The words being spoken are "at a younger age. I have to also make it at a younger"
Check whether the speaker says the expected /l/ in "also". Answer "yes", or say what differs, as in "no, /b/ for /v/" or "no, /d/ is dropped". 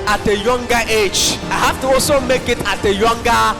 no, /l/ is dropped